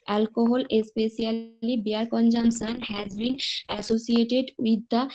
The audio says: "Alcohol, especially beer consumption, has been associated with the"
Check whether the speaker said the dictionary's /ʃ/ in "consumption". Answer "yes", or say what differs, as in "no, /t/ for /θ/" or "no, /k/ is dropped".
no, /s/ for /ʃ/